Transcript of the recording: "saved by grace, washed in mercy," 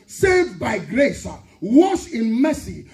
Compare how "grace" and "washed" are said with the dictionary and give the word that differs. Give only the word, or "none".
washed